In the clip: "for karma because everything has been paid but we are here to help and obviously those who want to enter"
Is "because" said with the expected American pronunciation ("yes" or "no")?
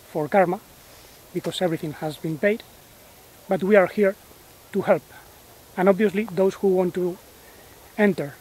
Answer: no